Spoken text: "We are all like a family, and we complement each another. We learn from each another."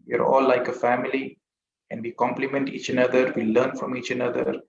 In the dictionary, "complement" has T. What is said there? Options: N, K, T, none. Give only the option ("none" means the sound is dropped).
T